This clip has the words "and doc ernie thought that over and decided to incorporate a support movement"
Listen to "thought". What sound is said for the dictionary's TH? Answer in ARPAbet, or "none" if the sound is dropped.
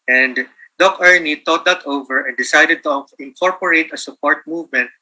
T